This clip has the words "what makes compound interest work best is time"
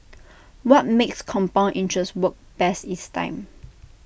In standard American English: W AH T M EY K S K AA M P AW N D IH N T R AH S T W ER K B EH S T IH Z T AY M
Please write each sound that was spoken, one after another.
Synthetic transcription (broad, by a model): W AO T M EY K S K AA M P AW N IH N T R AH S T W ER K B EH S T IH S T AY M